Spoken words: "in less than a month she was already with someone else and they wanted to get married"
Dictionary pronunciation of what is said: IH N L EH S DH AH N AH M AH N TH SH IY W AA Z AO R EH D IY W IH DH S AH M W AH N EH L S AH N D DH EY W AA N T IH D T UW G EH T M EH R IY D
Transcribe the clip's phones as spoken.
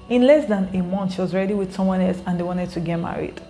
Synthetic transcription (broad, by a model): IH N L EH S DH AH N AH M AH N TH SH IY W AA Z R EH D IY W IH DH S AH M W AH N EH L S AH N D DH EY W AA N T IH D T UW G EH T M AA R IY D